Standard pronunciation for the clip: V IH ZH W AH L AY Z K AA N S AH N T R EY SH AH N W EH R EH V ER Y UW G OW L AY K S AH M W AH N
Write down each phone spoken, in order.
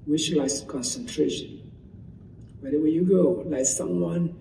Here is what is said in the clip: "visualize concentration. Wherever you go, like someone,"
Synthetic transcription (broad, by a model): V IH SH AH L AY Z K AA N S AH N T R EY SH AH N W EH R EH W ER Y UW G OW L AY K S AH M W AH N